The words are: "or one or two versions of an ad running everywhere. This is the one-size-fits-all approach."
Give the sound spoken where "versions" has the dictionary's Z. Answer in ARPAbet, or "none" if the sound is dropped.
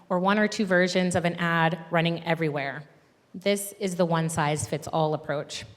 Z